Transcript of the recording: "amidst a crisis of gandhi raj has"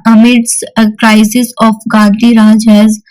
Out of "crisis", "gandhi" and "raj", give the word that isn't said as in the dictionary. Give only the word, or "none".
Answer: gandhi